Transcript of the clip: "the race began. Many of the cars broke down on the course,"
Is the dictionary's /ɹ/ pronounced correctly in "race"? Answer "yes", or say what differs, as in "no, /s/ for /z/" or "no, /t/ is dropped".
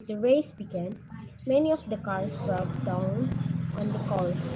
yes